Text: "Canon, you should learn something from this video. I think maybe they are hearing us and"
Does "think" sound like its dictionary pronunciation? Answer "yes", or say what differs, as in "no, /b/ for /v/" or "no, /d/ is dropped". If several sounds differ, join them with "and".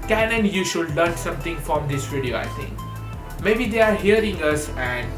no, /t/ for /θ/